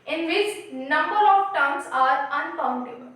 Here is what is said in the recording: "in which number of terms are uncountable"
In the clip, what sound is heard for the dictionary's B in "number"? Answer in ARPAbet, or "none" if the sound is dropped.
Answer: B